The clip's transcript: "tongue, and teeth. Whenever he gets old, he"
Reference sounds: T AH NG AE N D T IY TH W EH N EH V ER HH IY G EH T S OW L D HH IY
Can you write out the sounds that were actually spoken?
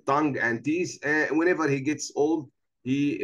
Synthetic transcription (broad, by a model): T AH NG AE N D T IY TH W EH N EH V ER HH IY G EH T S OW L D HH IY